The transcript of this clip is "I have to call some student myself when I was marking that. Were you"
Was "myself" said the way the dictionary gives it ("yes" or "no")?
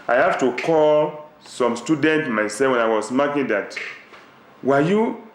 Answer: no